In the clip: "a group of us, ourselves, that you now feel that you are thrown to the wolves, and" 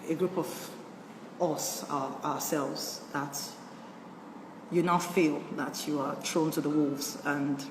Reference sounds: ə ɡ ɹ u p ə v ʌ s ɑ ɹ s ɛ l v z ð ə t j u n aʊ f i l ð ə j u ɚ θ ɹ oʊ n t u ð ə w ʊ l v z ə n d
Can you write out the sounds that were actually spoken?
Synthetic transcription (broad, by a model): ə ɡ ɹ u p ə v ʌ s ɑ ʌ s ɛ l v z ð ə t j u n aʊ f i l ð ə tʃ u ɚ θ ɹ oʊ n t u ð ə w ʊ l v z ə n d